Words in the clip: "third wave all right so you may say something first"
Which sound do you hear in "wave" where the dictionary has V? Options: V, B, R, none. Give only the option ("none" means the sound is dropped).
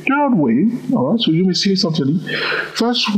none